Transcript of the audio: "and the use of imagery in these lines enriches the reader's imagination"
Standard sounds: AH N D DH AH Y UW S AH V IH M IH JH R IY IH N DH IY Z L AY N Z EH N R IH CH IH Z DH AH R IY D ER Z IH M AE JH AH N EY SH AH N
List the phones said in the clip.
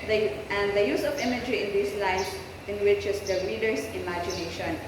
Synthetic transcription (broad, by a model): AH N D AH Y UW S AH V IH M IH JH R IY IH N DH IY S L AY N S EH N W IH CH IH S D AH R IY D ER S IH M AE JH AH N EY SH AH N